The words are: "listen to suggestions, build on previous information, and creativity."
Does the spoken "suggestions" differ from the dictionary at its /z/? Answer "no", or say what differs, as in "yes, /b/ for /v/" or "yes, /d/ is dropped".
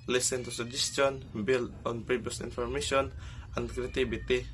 yes, /z/ is dropped